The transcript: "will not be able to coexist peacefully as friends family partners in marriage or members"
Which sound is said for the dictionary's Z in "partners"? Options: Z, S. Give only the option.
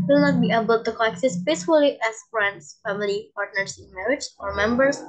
S